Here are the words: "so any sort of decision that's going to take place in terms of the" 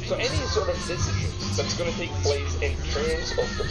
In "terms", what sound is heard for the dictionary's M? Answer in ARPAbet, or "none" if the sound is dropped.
none